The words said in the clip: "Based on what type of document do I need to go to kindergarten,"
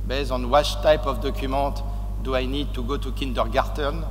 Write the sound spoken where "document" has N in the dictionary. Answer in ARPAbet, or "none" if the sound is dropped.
none